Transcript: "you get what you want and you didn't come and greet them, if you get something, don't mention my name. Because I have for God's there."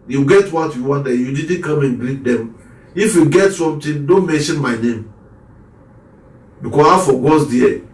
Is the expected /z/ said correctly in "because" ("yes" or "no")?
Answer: no